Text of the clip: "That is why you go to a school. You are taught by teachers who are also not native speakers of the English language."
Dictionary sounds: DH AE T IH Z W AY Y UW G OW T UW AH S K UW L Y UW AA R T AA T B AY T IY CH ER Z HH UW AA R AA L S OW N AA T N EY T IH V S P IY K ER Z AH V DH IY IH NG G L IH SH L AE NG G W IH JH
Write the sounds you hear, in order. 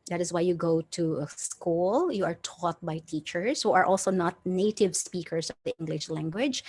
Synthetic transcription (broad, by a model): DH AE T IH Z W AY Y UW G OW T UW AH S K UW L Y UW AA R T AA T B AY T IY CH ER S HH UW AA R AA L S OW N AA T N EY T IH V S P IY K ER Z AH V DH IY IH NG G L IH SH L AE NG G W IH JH